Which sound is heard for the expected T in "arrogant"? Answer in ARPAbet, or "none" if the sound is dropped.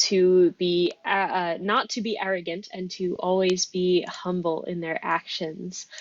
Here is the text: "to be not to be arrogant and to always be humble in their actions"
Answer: T